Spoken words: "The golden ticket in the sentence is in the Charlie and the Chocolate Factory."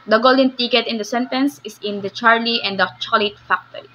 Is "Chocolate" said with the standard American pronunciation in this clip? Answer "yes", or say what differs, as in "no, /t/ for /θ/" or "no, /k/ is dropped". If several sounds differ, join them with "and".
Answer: no, /k/ is dropped